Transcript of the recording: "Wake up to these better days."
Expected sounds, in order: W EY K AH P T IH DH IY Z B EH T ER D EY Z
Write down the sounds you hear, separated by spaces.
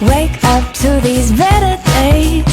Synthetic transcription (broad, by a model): W EY K AH P T IH DH IY Z B EH T ER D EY